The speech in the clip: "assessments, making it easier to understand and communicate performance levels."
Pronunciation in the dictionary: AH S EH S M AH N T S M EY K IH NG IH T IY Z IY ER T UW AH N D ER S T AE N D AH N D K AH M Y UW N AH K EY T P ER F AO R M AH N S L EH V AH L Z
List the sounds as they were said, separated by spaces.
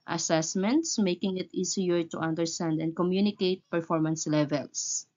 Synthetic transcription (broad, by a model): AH S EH S M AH N T S M EY K IH NG IH T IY S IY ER T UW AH N D ER S T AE N D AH N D K AH M Y UW N AH K EY T P ER F AO R M AH N S L EH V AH L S